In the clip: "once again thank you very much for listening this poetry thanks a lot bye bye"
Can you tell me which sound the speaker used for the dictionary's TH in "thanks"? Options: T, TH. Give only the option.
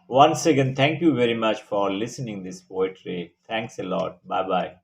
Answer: T